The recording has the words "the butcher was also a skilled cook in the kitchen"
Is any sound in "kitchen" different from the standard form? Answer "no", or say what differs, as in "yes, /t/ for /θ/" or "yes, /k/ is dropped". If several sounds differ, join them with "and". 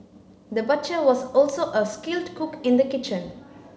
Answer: no